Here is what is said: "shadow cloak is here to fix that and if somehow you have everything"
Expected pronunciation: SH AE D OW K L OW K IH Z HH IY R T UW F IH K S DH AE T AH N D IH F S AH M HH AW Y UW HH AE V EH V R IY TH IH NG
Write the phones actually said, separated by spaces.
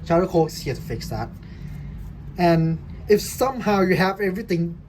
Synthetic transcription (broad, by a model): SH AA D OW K OW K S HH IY T UW F IH K S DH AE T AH N IH F S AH M HH AW Y UW HH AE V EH V R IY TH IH NG